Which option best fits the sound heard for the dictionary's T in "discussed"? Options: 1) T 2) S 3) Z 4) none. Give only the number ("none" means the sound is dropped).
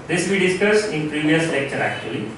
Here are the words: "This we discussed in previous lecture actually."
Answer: 4